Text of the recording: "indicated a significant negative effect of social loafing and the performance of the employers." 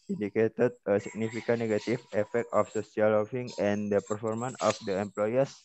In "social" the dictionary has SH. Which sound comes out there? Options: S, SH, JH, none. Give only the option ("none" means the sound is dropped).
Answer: S